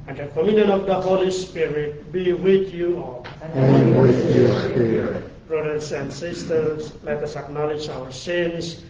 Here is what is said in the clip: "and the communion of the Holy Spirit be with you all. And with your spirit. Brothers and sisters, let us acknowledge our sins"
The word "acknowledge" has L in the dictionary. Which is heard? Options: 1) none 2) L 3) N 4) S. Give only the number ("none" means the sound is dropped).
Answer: 2